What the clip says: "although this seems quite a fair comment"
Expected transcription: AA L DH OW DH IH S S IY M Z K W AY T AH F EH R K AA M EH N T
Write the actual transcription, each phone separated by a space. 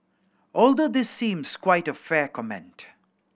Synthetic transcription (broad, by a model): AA L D OW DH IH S S IY M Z K W AY T AH F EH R K AA M EH N T